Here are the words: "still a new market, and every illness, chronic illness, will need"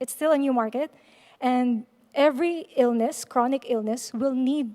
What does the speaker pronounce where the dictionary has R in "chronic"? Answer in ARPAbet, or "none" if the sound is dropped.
R